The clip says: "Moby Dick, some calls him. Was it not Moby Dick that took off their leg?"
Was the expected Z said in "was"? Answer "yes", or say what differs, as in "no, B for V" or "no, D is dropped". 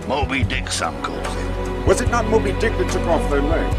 yes